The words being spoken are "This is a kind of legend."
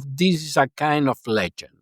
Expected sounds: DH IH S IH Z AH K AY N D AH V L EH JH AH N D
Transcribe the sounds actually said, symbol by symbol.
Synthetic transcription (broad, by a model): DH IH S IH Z AH K AY N D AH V L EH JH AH N